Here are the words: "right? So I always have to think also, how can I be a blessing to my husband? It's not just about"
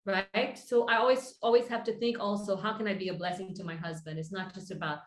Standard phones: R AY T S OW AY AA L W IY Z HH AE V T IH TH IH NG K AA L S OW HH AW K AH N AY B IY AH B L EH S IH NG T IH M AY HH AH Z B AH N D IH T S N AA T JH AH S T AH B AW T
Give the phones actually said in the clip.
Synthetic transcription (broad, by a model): R AY T S OW AY AA L W IY Z HH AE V T IH TH IH NG K AA L S OW HH AW K AH N AY B IY AH B L EH S IH NG T IH M AY HH AH Z B AH N D IH T S N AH T JH AH S T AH B AW T